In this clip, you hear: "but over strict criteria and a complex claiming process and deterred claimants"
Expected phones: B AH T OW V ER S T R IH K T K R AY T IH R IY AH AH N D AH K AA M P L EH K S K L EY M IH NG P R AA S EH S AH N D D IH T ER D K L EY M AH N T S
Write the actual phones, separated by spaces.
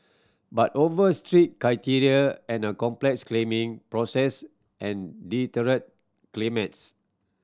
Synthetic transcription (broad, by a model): B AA T OW V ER S T R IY T K R AY T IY R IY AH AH N AH K AA M P L EH K S K L EY M IH NG P R AA S EH S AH N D D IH T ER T K L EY M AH T S